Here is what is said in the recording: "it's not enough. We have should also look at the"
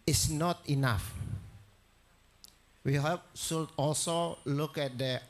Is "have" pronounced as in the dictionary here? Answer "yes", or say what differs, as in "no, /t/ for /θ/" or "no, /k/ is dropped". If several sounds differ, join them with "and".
no, /p/ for /v/